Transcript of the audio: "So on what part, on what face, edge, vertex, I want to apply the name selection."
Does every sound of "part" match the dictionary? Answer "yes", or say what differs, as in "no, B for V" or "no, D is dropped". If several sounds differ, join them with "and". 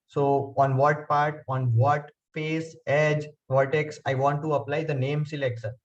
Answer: yes